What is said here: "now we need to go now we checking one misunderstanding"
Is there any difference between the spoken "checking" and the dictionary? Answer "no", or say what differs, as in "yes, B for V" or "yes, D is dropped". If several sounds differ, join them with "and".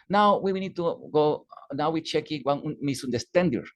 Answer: no